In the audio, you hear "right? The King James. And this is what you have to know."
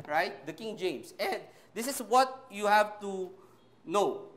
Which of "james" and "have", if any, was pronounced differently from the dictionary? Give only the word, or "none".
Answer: james